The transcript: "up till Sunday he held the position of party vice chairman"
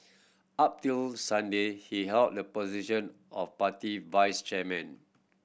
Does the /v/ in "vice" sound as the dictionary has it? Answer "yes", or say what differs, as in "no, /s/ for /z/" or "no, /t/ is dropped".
yes